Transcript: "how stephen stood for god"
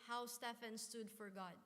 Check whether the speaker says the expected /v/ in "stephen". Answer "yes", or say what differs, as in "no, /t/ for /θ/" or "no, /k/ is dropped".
no, /f/ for /v/